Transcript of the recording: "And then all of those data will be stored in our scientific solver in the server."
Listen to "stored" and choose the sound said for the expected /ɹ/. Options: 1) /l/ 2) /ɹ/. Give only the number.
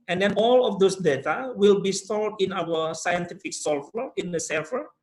1